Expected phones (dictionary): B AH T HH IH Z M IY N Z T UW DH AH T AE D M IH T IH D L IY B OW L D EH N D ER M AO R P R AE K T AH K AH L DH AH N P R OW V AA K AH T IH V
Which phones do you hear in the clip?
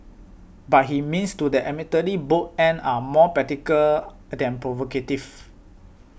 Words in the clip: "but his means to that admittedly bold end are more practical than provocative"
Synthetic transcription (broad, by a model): B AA T HH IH M IY N S T UW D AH T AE M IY T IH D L IY B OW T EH N AA M AO P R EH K T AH K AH L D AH N P R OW V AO K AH T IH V